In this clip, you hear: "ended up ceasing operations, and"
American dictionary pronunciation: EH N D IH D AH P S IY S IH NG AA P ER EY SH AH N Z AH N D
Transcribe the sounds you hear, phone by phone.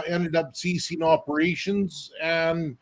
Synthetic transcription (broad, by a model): EH N D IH D AH P S IY S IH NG AA P ER EY SH AH N Z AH N